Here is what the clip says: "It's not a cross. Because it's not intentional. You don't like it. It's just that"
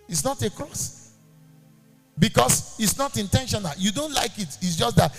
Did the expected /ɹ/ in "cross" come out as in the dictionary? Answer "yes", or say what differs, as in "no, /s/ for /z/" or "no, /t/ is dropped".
yes